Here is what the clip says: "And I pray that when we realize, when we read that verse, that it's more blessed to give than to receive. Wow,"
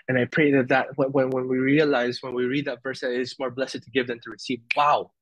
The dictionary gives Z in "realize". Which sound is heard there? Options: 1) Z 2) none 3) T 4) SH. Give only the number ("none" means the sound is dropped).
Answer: 1